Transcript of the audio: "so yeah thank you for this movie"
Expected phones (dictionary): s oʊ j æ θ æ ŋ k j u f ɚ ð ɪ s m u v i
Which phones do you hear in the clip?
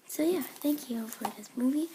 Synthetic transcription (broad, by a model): s oʊ j æ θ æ ŋ k j u f ɚ ð ɪ s m u v i